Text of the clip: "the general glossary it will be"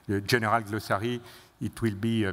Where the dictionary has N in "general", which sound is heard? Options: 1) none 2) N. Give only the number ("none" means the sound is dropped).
1